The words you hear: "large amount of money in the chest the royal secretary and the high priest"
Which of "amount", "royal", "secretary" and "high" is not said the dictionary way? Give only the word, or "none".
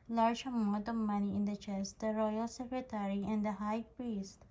amount